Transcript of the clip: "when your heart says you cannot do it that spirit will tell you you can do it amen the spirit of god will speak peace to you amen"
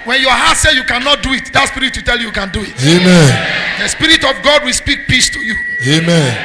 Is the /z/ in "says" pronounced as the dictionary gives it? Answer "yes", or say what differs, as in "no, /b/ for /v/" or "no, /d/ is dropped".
no, /z/ is dropped